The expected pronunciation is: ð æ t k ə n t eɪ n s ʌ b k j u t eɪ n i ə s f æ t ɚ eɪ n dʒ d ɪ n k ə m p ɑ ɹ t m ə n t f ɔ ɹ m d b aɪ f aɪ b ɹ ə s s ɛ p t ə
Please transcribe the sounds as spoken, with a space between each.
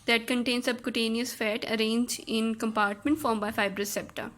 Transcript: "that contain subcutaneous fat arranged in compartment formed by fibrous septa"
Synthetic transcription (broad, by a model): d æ t k ə n t eɪ n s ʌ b k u t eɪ n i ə s f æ t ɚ eɪ n dʒ ɪ n k ə m p ɑ ɹ t m ə n t f ɔ ɹ m b aɪ f aɪ b ɹ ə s s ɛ p t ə